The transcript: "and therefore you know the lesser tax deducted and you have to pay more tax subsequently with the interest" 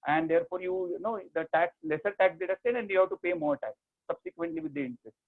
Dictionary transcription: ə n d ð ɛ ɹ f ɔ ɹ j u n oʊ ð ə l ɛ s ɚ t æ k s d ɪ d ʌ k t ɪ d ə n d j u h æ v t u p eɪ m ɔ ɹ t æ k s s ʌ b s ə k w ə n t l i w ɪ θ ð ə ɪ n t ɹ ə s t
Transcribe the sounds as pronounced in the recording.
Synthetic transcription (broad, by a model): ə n d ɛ ɹ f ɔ ɹ j u n oʊ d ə l ɛ s ɚ t æ k s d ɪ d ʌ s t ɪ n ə n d j u h æ v t u p eɪ m ɔ ɹ t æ k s s ʌ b s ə k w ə n t l i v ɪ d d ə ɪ n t ɹ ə s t